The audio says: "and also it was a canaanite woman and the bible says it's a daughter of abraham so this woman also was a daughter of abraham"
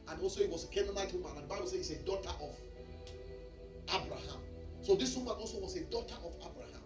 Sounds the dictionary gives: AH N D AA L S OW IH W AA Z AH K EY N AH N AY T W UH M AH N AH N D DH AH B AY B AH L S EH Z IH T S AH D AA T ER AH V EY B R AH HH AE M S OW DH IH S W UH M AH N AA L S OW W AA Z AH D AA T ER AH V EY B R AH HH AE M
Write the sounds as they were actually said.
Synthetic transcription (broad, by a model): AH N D AA L S OW IH W AA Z AH K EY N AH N AY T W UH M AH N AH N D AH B AY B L S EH IH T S AH D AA T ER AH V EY B R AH HH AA M S OW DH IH S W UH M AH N AA L S OW W AA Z AH D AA T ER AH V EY B R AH HH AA M